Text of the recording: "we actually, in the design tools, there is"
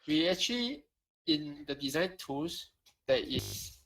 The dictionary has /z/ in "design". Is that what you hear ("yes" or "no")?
yes